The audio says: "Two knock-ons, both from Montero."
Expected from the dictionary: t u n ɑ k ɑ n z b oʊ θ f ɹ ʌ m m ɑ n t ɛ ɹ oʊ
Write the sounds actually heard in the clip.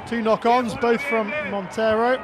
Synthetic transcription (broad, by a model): t u n ɑ k ɑ n z b oʊ θ f ɹ ʌ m m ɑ n t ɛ ɹ oʊ